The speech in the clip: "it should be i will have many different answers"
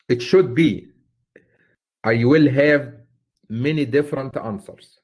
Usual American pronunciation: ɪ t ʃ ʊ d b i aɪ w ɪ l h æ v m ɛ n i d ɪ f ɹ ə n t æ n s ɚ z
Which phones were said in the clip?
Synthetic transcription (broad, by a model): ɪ t ʃ ʊ d b i aɪ w ɪ l h æ v m ɛ n i d ɪ f ɹ ə n t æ n s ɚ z